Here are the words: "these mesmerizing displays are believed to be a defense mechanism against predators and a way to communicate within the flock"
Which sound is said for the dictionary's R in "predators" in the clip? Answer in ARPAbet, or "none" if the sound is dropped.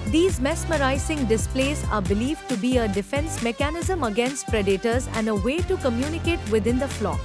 R